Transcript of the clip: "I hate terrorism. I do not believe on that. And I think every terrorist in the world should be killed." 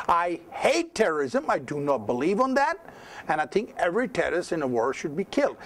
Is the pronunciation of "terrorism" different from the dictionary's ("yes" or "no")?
no